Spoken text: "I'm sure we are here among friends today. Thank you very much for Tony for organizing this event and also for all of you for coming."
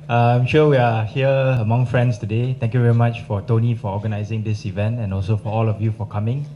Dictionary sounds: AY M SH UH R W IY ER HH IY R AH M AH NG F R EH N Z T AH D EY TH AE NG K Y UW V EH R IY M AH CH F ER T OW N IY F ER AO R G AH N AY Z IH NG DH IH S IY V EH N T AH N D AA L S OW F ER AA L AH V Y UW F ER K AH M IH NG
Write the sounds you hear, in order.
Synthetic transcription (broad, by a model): AY M SH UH W IY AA HH IY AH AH M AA NG F R EH N S T AH D EY T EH NG K Y UW V EH R IY M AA CH F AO T OW N IY F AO AO G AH N AY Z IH NG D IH S IY V EH N T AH N AA L S OW F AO AA L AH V Y UW F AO K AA M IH NG